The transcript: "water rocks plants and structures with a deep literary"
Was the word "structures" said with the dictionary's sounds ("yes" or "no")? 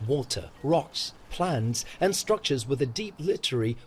yes